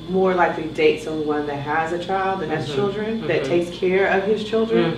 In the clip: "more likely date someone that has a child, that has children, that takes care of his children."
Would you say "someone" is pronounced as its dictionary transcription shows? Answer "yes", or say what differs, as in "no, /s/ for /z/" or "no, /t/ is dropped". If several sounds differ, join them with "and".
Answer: no, /m/ is dropped